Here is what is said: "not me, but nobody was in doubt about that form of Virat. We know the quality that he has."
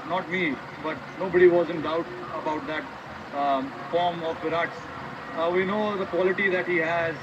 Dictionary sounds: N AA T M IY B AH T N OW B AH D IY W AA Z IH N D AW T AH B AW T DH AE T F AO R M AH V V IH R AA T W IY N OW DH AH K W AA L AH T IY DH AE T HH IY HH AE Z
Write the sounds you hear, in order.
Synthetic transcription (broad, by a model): N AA T M IY B AH T N OW B AH D IY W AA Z IH N D AW T AH B AW T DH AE T F AO R M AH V P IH R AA T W IY N OW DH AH K W AA L AH T IY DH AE T HH IY HH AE Z